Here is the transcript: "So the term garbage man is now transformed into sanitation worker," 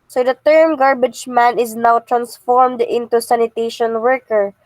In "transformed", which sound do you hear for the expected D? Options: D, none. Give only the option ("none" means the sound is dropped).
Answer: D